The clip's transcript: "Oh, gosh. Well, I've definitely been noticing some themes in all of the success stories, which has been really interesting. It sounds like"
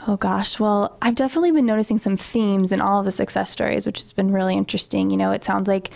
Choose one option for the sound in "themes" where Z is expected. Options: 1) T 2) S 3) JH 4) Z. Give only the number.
4